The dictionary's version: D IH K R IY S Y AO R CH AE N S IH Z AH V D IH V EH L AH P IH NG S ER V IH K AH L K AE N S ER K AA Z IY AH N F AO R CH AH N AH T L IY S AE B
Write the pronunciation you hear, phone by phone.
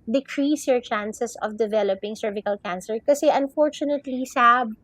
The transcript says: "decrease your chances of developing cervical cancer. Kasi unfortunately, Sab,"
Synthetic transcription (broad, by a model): D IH K R IY S Y AO R CH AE N S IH S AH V D IH V EH L AH P IH NG S ER V IH K AH L K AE N S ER K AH S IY AH N F AO R CH AH N AH T L IY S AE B